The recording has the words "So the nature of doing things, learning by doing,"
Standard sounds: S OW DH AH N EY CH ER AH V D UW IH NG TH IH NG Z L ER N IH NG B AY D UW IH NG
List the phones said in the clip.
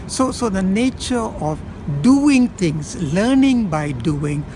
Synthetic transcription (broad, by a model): S OW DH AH N EY CH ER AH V D UW IH NG T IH NG S L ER N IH NG B AY D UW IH NG